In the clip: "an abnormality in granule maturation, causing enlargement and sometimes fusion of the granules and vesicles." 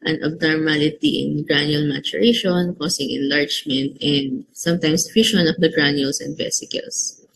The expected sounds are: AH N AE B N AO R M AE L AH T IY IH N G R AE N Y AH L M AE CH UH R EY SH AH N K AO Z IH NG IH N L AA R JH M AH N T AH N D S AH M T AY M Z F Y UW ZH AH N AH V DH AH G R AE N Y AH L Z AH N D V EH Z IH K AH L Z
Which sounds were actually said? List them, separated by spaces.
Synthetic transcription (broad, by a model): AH N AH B N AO R M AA L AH T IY IH N G R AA N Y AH L M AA CH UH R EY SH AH N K AO S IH NG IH N L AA R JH M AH N T AH N D S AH M T AY M S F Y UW SH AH N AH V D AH G R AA N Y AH L S AH N D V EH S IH K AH L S